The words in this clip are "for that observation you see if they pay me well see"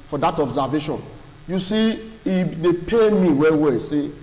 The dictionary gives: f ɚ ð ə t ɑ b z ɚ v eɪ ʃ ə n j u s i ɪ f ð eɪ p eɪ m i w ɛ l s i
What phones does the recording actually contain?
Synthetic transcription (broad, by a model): f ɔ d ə t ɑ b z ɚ v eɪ ʃ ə n j u s i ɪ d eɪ p eɪ m i w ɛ w s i